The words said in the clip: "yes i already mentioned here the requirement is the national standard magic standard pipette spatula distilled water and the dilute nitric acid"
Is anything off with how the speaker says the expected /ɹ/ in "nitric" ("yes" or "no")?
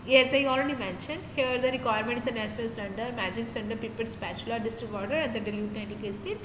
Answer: yes